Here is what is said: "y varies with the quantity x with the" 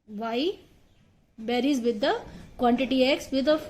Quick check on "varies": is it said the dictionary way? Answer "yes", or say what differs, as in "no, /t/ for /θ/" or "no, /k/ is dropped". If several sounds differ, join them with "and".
no, /b/ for /v/